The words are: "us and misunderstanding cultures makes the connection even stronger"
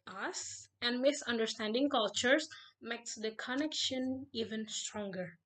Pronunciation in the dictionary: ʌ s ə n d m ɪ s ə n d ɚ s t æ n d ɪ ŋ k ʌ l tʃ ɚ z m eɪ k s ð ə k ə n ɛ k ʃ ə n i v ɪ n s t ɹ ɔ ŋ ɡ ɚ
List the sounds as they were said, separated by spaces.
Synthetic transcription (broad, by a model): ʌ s ə n d m ɪ s ə n d ɚ s t æ n d ɪ ŋ k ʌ l tʃ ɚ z m eɪ k s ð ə k ə n ɛ k ʃ ə n i v ɪ n s t ɹ ɔ ŋ ɡ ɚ